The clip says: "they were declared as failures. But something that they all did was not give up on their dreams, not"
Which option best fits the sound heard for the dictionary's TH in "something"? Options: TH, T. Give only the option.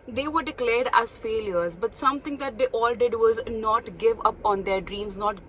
T